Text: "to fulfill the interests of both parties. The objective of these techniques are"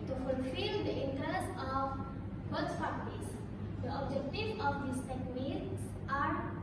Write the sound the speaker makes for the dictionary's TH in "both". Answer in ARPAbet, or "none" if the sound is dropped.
S